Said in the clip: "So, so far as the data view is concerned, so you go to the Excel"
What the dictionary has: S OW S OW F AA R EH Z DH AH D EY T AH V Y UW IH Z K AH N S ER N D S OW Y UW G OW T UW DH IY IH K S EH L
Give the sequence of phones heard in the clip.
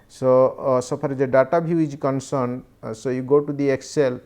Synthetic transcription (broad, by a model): S OW S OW P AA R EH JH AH D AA T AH B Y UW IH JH K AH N S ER N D S OW Y UW G OW T UW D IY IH K S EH L